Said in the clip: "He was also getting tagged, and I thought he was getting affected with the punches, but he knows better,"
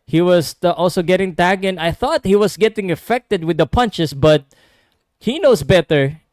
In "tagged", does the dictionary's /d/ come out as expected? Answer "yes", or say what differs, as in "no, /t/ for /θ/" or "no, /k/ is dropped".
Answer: no, /d/ is dropped